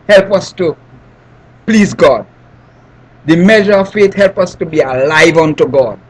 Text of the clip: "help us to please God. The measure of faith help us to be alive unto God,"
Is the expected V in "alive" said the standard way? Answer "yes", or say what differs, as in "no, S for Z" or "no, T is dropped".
yes